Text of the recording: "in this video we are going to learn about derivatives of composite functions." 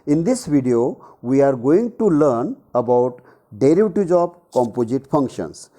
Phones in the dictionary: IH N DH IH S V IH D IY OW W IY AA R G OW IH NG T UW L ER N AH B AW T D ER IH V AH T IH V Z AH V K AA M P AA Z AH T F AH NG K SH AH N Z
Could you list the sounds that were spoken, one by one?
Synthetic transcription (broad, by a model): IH N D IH S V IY D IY OW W IY AA R G OW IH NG T UW L ER N AH B AW T D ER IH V T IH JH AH B K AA M P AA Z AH T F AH NG K SH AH N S